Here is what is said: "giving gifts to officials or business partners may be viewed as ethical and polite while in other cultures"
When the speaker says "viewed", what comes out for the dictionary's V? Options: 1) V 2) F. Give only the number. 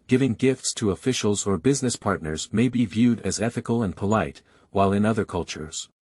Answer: 1